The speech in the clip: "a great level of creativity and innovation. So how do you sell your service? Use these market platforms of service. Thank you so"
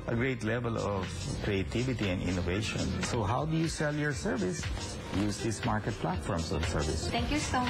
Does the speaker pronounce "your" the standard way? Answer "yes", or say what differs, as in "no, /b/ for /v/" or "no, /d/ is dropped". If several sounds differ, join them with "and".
yes